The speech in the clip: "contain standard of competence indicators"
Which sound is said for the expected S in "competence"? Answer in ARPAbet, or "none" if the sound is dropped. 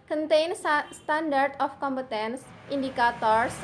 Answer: S